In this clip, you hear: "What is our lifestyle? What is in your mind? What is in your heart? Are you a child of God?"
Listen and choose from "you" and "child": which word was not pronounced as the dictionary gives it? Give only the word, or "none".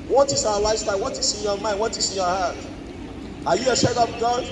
child